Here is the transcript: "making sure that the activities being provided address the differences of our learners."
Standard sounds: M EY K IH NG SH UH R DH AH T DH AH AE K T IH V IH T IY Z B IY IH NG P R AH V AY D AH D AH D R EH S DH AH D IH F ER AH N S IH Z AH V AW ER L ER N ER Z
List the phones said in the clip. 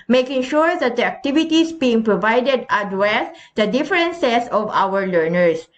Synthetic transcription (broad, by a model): M EY K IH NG SH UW R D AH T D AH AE K T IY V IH T IY S B IY IH NG P R AH V AY D AH D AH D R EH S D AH D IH F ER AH N S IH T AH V AW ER L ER N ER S